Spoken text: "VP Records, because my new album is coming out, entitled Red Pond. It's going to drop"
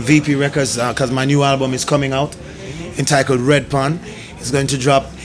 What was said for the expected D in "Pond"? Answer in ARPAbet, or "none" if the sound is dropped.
none